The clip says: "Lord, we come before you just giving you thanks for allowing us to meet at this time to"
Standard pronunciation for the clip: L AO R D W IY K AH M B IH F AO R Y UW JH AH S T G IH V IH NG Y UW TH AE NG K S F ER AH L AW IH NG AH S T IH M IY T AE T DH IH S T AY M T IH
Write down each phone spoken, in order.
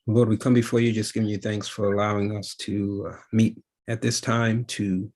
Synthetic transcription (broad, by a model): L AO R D W IY K AH M B IH F AO R Y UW JH AH S G IH V IH NG Y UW TH AE NG K S F ER AH L AW IH NG AH S T IH M IY T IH T DH IH S T AY M T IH